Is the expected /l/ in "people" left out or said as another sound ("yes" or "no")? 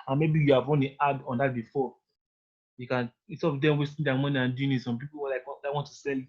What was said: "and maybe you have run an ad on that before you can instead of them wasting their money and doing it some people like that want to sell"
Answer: yes